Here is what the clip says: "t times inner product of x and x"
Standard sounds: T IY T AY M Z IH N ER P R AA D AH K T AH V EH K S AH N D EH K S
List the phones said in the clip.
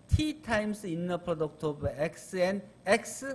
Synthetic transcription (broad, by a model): T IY T AY M S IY N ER P R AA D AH K T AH B EH K S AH N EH K S